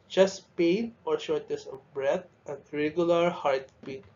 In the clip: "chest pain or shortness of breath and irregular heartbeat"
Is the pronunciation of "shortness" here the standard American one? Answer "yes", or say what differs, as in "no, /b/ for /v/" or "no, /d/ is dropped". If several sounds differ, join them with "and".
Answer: no, /n/ is dropped